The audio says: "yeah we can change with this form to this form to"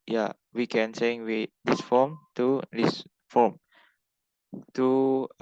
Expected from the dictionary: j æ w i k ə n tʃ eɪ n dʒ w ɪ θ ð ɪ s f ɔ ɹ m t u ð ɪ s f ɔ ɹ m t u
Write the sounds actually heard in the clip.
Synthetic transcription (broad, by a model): j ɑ w i k ə n s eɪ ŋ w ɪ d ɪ s f ɔ m t u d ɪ s f ɔ m t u